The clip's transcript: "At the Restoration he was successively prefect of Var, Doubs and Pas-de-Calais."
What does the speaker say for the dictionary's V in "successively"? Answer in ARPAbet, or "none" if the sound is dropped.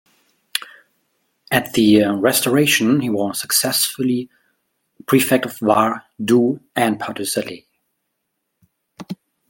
none